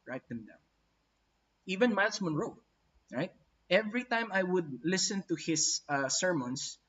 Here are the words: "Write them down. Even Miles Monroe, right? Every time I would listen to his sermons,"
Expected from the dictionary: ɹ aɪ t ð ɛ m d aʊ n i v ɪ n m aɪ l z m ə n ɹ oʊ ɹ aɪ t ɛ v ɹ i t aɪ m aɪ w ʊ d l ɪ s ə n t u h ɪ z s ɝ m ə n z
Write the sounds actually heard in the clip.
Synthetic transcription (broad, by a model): ɹ aɪ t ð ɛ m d aʊ i v ɪ n m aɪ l s m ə n ɹ oʊ ɹ aɪ t ɛ v ɹ i t aɪ m aɪ w ʊ d l ɪ s ə n t u h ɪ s s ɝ m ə n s